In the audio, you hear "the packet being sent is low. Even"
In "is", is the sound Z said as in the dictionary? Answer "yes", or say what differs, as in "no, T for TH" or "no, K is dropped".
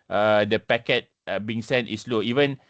no, S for Z